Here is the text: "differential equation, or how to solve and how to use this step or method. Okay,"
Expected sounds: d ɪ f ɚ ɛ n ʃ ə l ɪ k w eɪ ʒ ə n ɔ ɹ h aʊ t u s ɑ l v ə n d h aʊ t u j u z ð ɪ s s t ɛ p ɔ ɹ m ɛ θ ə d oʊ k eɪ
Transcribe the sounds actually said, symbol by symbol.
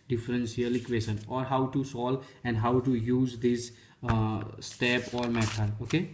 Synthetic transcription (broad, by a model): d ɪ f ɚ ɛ n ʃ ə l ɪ k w eɪ ʃ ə n ɔ ɹ h aʊ t u s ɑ l ə n d h aʊ t u j u z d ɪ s s t ɛ p ɔ ɹ m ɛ t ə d oʊ k eɪ